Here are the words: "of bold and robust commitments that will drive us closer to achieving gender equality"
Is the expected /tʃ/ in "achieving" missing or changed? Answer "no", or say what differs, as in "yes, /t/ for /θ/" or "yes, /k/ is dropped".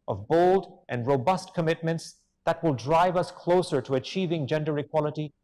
no